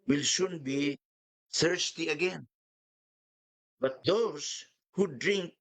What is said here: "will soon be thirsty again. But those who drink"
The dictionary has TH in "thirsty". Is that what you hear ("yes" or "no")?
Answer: no